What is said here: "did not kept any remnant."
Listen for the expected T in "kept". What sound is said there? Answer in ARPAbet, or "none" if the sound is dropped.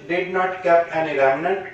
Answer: none